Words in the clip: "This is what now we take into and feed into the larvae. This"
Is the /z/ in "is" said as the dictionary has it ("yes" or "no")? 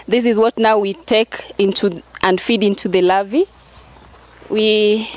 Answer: yes